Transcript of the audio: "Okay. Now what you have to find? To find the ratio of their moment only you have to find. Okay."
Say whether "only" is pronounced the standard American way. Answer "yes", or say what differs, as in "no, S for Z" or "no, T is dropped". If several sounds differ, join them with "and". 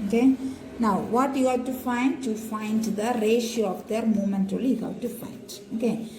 no, N is dropped